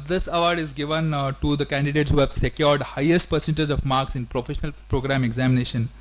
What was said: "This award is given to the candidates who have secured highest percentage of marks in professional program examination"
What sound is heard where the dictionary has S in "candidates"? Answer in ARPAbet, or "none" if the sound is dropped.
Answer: S